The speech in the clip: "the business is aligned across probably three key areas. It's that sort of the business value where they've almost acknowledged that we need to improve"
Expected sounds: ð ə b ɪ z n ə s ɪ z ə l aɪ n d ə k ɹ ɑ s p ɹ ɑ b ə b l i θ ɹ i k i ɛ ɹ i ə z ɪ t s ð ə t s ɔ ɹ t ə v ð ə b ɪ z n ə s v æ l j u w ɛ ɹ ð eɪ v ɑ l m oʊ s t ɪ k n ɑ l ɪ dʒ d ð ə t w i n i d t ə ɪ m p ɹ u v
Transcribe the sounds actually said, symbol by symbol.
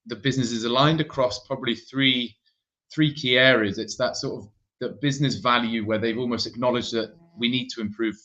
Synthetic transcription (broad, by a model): ð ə b ɪ z n ə s ɪ z ə l aɪ n d ə k ɹ ɑ s p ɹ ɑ b ə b l i θ ɹ i k i ɛ ɹ i ə z ɪ t s ð ə t s ɔ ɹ t ə v ð ə b ɪ z n ə s v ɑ l j u w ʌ ð eɪ v ɑ l m oʊ s t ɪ k n ɑ l ɪ dʒ ð ə t w i n i d t ə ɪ m p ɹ u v